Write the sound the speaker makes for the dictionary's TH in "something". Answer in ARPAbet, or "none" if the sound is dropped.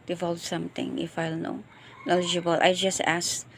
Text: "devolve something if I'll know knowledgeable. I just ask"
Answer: T